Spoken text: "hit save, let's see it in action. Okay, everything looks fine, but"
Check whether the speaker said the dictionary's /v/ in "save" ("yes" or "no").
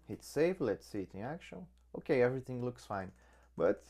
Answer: no